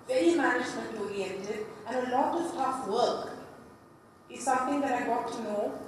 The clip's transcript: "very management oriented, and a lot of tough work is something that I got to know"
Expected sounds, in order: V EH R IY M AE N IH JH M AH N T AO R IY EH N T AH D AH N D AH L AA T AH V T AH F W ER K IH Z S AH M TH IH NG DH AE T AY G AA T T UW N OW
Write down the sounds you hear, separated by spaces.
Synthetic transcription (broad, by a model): V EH R IY M AE N IH JH M AH N T AO R IY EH N T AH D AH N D AH L AA T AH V T AH F W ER K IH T S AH M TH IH NG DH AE T AY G AA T T UW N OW